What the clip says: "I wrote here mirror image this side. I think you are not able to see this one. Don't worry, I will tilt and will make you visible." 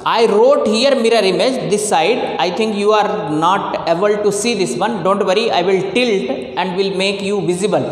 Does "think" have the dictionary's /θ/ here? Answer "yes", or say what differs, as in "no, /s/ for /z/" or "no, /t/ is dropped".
no, /t/ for /θ/